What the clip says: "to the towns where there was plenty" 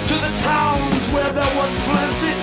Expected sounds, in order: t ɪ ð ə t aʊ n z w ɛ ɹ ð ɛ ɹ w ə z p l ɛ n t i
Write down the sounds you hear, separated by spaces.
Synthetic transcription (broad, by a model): t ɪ ð ə t aʊ n z w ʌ ɹ ð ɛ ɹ w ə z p l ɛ n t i